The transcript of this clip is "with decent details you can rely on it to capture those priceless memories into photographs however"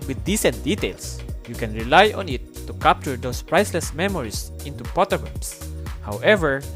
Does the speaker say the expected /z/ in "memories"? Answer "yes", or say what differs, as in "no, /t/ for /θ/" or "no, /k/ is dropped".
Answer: no, /s/ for /z/